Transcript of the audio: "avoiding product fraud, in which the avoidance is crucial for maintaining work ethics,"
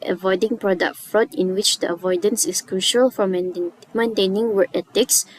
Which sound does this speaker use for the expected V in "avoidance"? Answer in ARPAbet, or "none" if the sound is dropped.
V